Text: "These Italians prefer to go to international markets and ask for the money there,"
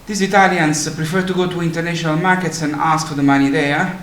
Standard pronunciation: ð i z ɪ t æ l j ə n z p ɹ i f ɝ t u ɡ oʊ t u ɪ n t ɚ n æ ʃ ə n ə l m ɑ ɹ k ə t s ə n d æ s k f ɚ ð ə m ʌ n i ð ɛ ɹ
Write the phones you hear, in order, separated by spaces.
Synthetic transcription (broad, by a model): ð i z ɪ t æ l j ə n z p ɹ i f ɝ t u ɡ oʊ t u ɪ n t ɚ n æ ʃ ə n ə l m ɑ ɹ k ə t s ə n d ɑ s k f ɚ ð ə m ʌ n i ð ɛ